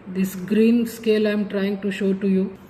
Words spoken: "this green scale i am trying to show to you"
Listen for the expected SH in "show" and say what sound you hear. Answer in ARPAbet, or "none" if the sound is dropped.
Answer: SH